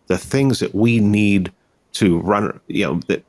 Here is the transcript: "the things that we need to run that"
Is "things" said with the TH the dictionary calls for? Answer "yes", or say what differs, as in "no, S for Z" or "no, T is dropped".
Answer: yes